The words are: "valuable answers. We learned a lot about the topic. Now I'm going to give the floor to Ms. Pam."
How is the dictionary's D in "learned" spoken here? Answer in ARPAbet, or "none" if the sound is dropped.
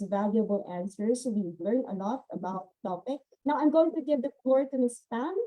none